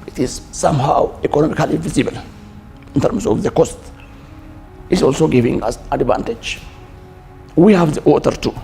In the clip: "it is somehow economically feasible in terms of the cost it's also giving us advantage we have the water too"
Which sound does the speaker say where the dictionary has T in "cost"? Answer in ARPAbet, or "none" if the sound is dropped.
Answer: T